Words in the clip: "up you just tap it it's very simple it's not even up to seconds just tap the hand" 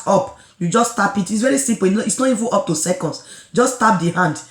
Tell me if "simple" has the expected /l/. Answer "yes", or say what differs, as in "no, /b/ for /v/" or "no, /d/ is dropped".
no, /n/ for /l/